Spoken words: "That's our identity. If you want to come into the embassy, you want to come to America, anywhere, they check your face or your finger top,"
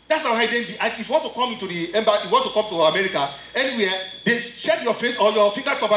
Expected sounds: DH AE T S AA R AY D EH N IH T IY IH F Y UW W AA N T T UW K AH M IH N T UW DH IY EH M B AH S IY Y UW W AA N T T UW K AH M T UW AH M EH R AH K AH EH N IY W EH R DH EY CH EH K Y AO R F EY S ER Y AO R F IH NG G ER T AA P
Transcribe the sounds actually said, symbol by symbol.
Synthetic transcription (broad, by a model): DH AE T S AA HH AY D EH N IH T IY IH F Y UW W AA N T T UW K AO M IH N T UW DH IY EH M B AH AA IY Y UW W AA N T T UW K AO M T UW AH M EH R AH K AH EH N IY W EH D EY SH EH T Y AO F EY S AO Y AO F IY NG G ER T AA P